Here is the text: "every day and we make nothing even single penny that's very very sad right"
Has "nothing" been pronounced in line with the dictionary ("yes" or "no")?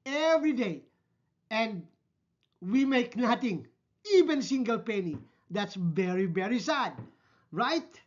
no